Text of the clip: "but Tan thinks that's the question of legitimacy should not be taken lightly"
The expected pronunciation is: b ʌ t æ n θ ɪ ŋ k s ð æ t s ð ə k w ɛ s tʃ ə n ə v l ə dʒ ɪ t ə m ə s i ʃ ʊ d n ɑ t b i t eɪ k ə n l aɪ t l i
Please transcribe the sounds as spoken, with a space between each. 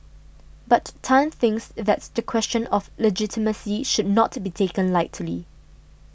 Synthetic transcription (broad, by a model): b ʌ t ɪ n θ ɪ ŋ k s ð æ t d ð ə k w ɛ s tʃ ə n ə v l ə dʒ ɪ t ə m ə s i ʃ ʊ d n ɑ t b i t eɪ k ə n l aɪ t l i